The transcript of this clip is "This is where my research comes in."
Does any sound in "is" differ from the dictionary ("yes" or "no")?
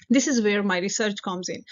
no